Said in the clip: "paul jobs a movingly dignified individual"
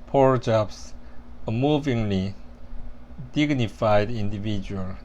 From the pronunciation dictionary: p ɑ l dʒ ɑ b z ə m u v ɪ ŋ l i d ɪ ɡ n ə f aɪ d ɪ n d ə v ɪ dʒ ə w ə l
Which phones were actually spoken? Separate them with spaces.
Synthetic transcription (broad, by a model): p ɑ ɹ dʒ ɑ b s ə m u v ɪ ŋ l i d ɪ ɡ n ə f aɪ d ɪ n d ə v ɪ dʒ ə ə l